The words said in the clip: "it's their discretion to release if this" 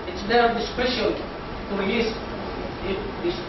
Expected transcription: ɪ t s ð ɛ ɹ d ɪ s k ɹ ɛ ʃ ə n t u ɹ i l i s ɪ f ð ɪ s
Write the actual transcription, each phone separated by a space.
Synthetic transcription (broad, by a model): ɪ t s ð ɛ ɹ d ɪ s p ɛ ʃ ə l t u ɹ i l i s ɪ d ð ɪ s